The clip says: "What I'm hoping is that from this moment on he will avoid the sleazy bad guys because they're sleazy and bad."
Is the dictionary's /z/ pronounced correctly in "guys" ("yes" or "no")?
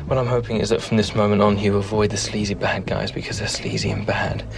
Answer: yes